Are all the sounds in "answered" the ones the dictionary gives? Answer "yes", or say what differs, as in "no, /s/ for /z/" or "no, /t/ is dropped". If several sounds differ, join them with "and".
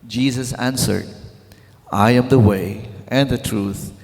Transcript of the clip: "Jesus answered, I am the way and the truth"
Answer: yes